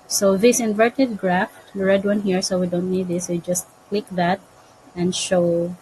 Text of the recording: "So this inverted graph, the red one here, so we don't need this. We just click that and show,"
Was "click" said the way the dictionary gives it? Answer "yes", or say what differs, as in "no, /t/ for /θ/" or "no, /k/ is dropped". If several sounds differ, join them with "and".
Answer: yes